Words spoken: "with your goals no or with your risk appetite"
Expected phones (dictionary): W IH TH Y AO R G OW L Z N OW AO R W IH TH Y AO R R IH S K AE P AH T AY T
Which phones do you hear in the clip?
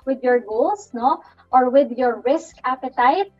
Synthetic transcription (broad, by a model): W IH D Y AO R G OW L S N OW AO R W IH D Y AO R R IH S K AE P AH T AY T